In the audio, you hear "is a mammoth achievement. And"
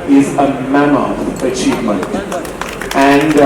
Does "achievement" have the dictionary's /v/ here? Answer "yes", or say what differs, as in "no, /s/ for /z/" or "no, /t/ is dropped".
yes